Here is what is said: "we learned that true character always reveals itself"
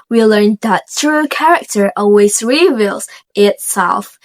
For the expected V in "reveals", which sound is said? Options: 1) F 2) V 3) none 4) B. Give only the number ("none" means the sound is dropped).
2